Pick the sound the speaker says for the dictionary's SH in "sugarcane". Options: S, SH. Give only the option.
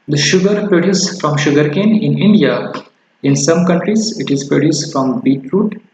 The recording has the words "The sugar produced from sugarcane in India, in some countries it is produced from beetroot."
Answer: SH